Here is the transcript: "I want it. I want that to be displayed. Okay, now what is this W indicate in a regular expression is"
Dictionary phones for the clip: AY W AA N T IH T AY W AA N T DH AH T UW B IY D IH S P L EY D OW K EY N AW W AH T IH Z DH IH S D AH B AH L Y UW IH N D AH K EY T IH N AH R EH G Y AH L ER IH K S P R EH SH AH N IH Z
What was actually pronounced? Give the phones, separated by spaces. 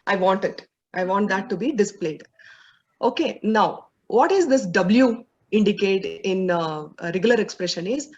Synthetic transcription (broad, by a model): AY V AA N T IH T AY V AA N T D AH T UW B IY D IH S P L EY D OW K EY N AW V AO T IH Z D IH S D AH B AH L Y UW IH N D AH K EY T IH N R EH G Y AH L ER IH K S P R EH SH AH N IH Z